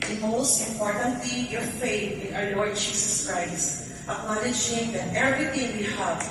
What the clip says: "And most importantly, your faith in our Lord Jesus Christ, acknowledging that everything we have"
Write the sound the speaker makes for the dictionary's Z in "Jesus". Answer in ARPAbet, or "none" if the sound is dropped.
S